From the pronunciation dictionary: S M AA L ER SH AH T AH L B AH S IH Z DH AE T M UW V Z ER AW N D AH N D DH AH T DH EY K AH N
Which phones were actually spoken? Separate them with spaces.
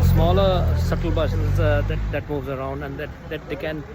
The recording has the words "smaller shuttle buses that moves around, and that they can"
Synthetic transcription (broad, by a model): S M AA L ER S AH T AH L B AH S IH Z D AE T M UW V Z ER AW N D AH N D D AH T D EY K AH N